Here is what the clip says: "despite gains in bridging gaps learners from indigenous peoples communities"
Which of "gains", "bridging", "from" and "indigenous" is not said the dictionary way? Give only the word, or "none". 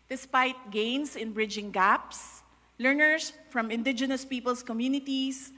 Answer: gains